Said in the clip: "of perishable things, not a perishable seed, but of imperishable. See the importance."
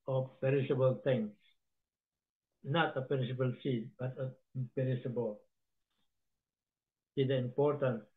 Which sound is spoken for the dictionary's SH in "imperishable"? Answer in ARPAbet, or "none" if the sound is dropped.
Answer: S